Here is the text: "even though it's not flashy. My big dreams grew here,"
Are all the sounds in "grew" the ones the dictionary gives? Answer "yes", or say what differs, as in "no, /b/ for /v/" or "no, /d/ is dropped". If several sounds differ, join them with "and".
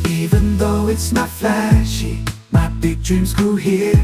no, /ɹ/ is dropped